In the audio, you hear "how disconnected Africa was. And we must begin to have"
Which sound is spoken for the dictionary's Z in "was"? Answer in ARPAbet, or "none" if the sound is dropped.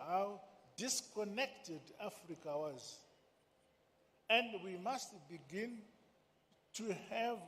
Z